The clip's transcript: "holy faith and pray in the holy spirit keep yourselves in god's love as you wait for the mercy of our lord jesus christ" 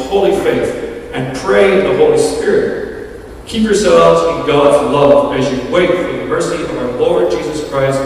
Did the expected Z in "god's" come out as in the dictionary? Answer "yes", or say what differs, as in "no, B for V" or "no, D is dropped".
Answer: yes